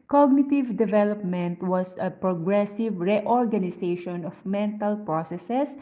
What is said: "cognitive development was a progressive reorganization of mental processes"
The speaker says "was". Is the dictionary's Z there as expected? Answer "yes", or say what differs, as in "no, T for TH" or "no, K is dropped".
no, S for Z